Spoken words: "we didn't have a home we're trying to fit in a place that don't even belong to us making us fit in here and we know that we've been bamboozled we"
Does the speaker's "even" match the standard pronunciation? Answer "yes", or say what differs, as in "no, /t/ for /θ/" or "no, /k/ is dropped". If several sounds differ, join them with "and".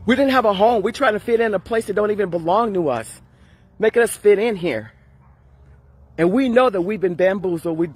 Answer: yes